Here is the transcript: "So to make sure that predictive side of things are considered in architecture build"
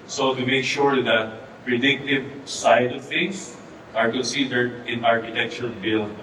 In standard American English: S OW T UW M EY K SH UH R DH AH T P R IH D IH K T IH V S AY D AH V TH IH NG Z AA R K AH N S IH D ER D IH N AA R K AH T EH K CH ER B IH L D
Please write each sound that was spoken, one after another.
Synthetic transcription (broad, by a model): S OW T UW M EY K SH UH R DH AH T P R IH D IH K T IH V S AY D AH V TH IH NG S AA R K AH N S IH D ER D IH N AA R K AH T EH K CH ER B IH L